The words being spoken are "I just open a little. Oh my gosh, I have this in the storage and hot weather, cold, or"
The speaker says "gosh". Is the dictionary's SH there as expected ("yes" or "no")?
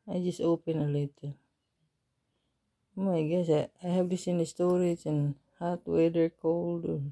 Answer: no